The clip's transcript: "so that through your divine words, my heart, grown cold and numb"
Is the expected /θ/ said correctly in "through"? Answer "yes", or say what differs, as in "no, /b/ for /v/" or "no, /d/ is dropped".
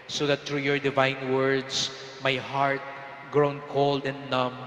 no, /t/ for /θ/